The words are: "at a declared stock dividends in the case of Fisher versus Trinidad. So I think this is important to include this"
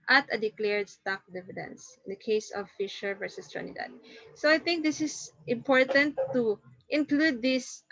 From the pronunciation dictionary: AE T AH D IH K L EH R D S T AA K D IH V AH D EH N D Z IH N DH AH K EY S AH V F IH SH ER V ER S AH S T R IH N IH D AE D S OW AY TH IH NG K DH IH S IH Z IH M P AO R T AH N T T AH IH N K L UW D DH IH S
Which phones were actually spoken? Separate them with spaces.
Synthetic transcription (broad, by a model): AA T AH D IH K L EH R D S T AA K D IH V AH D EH N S IH N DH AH K EY S AH V F IH SH ER V ER S AH S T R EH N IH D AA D S OW AY TH IH NG K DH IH S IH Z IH M P AO R T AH N T T IH N K L UW D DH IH S